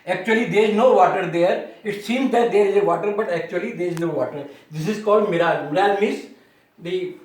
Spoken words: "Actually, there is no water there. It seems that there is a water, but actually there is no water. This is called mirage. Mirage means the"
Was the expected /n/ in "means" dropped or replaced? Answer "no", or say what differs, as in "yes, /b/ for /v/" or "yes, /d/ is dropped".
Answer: yes, /n/ is dropped